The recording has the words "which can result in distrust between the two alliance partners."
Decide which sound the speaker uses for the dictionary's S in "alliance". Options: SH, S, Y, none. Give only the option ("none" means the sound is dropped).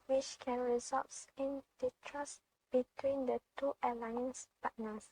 S